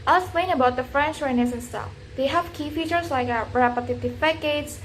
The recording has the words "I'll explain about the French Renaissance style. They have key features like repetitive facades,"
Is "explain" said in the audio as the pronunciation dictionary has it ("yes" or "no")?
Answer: no